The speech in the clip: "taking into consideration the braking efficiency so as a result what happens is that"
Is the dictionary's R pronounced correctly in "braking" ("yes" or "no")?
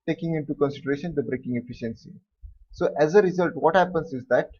yes